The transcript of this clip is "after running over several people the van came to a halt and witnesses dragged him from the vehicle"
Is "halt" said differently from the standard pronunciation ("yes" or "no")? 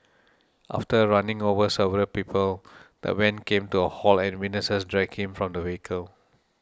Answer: yes